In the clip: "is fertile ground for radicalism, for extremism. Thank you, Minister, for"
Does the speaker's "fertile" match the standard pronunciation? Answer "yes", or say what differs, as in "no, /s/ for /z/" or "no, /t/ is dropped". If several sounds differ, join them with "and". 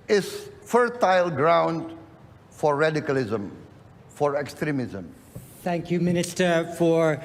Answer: yes